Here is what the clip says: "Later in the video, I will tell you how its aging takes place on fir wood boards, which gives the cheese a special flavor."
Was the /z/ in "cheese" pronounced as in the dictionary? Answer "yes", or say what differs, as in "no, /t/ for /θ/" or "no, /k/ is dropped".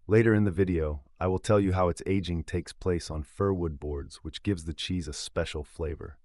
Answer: yes